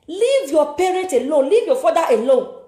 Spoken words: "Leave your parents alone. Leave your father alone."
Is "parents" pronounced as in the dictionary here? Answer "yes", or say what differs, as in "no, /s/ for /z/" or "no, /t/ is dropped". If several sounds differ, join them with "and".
no, /n/ is dropped and /s/ is dropped